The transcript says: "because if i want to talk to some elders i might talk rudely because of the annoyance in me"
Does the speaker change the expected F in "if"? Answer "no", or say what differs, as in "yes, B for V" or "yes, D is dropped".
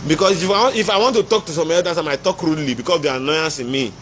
no